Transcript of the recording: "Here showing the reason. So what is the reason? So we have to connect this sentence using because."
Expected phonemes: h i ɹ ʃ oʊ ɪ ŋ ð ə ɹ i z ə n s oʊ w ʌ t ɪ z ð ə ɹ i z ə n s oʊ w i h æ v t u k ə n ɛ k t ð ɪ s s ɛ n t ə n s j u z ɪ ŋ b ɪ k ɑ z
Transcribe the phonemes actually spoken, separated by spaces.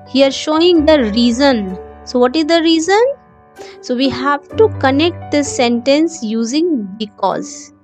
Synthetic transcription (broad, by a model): h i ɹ ʃ oʊ ɪ ŋ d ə ɹ i z ə n s oʊ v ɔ t ɪ z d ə ɹ i z ə n s oʊ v i h æ v t u k ə n ɛ k t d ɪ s s ɛ n t ə n s j u z ɪ ŋ b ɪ k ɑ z